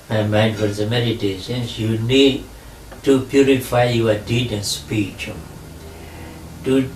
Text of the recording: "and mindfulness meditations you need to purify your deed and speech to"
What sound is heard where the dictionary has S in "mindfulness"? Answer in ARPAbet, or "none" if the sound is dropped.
none